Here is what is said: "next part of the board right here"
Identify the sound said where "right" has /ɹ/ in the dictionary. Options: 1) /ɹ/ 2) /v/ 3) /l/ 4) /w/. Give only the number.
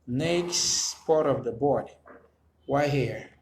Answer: 4